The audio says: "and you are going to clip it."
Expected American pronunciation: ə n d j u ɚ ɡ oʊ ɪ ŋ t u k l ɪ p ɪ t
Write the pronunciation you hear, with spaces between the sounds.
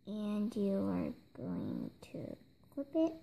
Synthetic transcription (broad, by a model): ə n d j u ɚ ɡ oʊ ɪ ŋ t u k ʊ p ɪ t